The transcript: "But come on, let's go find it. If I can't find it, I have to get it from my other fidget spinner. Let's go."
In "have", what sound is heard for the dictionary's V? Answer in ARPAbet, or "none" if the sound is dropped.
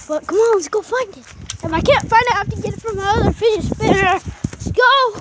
F